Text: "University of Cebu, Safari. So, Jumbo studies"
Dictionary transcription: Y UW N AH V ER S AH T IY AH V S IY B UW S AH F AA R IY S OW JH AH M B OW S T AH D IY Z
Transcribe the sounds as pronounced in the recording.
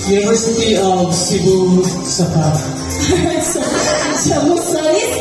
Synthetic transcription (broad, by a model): Y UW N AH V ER S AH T IY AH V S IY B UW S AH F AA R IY S OW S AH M OW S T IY